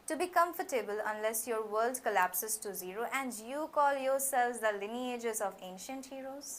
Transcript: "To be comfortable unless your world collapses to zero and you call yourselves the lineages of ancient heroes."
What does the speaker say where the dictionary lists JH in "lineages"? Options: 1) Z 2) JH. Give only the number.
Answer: 2